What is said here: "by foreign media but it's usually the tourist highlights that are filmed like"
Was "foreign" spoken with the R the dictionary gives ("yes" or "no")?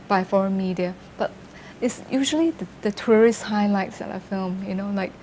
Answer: yes